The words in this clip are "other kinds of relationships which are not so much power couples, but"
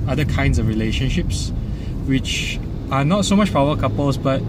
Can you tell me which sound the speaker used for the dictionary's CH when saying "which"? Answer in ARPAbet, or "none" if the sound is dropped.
CH